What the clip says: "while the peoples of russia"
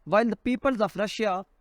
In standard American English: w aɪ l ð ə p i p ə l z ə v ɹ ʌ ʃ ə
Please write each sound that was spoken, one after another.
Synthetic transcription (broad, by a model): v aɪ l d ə p i p ə l z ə p ɹ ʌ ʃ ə